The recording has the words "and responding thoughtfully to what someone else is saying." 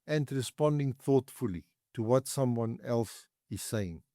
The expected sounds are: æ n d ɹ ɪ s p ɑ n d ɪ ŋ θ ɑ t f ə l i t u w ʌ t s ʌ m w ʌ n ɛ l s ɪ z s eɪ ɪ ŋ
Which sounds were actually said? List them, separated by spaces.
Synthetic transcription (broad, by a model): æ n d ɹ ɪ s p ɑ n d ɪ ŋ θ ɑ t f ə l i t u w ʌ t s ʌ m w ʌ n ɛ l s ɪ z s eɪ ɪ ŋ